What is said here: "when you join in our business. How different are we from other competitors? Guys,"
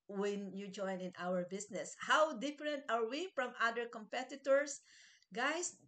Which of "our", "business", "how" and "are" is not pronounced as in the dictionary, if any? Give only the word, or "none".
business